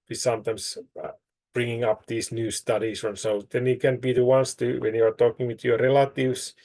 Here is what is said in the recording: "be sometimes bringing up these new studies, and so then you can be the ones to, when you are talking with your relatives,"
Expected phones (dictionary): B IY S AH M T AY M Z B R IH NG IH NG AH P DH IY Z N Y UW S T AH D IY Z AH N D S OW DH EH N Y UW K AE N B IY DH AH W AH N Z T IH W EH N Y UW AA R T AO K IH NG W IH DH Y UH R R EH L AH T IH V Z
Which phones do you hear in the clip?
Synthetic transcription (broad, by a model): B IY S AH M T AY M S B R IH NG IH NG AH P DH IY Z N Y UW S T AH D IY S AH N S OW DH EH N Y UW K AE N B IY DH AH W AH N S T IH W EH N Y UW AA R T AO K IH NG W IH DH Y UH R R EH L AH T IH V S